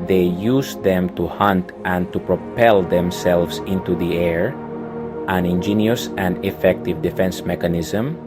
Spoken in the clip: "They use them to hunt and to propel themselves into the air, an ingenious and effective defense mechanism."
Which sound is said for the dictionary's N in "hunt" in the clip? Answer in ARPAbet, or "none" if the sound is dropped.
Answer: N